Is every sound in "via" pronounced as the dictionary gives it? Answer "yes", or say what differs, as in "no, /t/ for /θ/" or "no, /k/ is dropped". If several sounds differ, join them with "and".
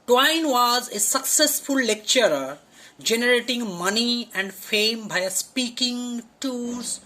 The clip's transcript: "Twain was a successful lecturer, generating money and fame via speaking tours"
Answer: no, /b/ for /v/